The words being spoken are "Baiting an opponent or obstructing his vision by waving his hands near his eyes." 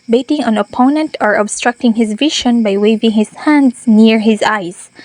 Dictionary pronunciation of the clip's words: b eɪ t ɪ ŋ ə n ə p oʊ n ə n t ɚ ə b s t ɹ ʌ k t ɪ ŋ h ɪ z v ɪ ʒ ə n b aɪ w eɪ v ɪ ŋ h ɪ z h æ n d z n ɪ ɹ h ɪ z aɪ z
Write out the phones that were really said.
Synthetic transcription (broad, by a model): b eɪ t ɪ ŋ ə n ə p oʊ n ə n t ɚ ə b s t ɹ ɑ k t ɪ ŋ h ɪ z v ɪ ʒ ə n b aɪ w eɪ v ɪ ŋ h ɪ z h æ n d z n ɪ ɹ h ɪ z aɪ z